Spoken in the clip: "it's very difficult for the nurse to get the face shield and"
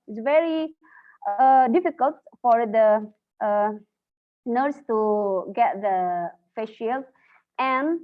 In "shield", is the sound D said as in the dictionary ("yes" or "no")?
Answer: no